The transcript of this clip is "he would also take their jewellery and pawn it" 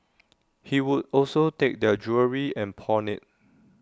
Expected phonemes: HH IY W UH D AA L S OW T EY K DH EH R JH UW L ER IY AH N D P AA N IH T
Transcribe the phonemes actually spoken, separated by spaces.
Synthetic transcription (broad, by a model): HH IY W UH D AA L S OW T EY K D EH JH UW ER IY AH N P AA N IH T